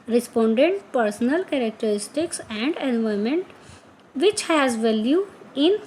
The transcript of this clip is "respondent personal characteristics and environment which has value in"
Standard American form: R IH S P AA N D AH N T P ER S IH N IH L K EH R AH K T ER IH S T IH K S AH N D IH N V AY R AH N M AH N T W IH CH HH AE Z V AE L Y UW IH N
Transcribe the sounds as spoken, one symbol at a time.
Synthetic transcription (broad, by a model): R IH S P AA N D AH N T P ER S IH N IH L K EH R AH K T ER IH S T IH K S AH N D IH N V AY AH M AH N T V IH CH HH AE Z V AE L Y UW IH N